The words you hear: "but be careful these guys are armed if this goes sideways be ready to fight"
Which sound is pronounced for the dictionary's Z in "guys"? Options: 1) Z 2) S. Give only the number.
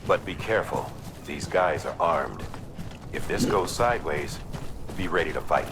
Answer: 1